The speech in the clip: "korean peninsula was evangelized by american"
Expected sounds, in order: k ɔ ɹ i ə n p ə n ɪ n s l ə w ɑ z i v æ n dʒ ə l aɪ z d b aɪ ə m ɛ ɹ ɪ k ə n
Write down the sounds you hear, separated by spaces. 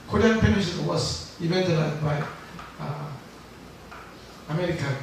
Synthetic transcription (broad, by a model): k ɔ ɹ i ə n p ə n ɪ s ə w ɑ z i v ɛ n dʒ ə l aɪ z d b aɪ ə m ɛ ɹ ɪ k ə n